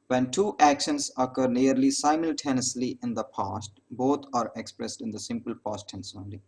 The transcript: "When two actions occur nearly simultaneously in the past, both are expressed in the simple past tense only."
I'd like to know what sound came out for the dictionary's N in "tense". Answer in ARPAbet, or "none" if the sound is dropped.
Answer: N